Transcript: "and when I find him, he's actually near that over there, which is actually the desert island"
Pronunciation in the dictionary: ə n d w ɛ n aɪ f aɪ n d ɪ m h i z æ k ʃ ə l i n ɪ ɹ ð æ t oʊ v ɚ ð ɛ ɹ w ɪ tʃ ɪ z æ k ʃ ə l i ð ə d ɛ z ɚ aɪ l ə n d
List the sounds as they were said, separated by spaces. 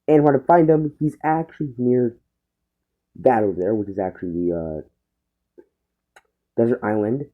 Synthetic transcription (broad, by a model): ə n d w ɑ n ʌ f aɪ n d ɪ m h i z æ k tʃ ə l i n ɪ ɹ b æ t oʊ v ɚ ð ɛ ɹ w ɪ tʃ ɪ z æ k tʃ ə l i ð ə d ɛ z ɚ aɪ l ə n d